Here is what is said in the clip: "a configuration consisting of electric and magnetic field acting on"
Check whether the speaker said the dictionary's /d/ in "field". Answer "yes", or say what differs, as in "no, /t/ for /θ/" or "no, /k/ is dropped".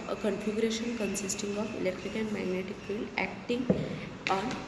no, /d/ is dropped